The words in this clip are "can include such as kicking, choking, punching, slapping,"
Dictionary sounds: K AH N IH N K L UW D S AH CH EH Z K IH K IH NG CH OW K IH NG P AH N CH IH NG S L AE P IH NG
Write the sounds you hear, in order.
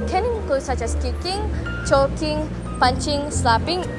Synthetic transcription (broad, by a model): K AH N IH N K UW S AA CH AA S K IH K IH NG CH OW K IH NG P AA N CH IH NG S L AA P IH NG